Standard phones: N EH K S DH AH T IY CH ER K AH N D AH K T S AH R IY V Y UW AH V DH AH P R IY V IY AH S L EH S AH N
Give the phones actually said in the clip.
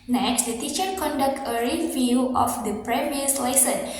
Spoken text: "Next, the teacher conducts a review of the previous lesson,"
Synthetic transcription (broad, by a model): N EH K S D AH T IY CH ER K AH N D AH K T AH R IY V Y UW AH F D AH P R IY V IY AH S L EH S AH N